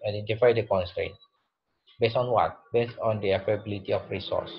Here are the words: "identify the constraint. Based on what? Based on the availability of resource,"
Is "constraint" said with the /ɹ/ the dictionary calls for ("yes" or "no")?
yes